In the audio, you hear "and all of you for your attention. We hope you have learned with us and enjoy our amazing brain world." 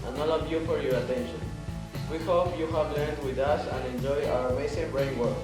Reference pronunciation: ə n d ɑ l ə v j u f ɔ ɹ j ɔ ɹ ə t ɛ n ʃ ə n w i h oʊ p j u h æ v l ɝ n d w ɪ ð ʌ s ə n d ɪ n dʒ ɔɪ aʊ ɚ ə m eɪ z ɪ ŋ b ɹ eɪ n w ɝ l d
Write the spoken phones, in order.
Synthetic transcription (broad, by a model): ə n ɑ l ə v j u f ɔ ɹ j ɔ ɹ ə t ɛ n ʃ ə n w i h oʊ p j u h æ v l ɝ n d w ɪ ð ʌ s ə n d ɪ n dʒ ɔɪ aʊ ɚ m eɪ s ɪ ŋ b ɹ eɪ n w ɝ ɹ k